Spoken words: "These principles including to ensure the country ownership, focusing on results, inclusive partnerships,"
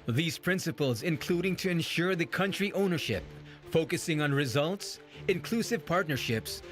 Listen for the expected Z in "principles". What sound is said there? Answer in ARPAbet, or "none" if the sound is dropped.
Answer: Z